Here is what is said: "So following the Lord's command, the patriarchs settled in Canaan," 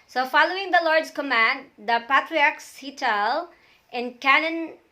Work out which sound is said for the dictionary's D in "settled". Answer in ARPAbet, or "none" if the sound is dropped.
none